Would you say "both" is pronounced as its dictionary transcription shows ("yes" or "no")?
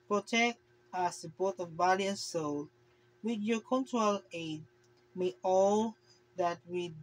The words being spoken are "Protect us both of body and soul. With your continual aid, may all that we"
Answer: no